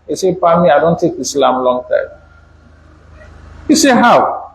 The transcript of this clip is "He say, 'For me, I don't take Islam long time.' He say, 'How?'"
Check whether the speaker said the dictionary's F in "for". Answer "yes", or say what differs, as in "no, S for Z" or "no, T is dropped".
no, P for F